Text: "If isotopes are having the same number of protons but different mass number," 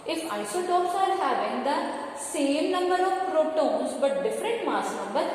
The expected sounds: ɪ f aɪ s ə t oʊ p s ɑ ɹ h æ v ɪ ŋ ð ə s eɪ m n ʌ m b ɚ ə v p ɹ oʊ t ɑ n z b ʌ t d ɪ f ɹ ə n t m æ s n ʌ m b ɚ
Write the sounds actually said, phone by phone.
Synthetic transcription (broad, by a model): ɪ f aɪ s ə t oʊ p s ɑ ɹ h æ v ɪ ŋ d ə s eɪ m n ʌ m b ɚ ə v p ɹ oʊ t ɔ n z b ʌ t d ɪ f ɹ ə n t m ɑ s n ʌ m b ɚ